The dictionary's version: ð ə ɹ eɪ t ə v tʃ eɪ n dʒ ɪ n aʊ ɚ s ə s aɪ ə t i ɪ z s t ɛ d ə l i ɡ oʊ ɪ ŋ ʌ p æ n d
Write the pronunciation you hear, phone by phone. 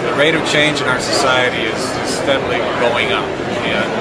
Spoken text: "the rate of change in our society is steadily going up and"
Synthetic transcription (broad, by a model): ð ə ɹ eɪ t ə v tʃ eɪ n dʒ ɪ n aʊ ɚ s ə s aɪ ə t i ɪ z s t ɛ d l i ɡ oʊ ɪ ŋ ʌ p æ